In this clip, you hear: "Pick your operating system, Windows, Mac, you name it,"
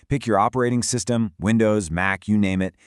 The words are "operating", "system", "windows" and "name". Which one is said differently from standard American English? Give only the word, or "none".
none